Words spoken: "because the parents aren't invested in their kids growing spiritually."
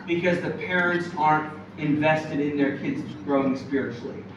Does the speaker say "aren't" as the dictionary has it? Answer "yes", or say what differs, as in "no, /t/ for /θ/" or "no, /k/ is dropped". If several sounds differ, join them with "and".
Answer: yes